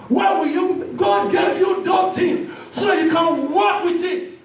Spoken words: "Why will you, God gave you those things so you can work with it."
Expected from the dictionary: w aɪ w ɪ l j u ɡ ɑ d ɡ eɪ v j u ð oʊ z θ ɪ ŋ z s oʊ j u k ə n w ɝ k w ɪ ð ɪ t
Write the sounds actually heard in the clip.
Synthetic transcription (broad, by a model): w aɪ w ɪ l j u ɡ ɑ d ɡ eɪ v j u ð oʊ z t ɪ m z s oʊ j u k ə n w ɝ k w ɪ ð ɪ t